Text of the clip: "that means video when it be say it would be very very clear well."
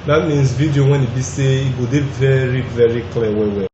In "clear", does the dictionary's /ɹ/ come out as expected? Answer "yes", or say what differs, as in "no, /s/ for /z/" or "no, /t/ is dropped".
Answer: no, /w/ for /ɹ/